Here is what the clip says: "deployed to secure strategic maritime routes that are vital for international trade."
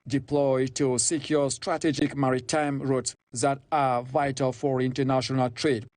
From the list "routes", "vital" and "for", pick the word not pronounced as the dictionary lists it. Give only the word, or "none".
none